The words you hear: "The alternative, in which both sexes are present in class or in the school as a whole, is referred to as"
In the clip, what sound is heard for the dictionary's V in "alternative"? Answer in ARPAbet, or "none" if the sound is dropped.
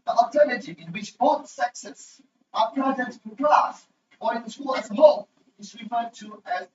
none